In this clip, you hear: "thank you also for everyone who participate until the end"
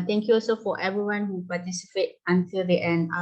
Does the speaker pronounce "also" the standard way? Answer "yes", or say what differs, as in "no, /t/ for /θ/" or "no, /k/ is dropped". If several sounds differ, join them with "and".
yes